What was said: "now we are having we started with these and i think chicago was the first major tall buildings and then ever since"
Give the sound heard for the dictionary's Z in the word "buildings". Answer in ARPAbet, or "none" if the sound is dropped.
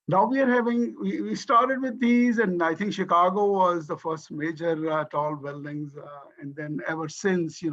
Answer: Z